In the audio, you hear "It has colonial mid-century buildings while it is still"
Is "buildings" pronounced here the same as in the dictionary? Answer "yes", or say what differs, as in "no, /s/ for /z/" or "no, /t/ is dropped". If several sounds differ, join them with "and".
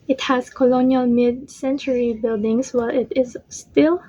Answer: no, /s/ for /z/